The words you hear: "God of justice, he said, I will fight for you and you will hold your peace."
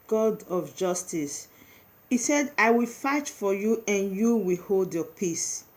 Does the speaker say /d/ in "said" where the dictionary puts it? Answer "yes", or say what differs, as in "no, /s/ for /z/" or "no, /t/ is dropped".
yes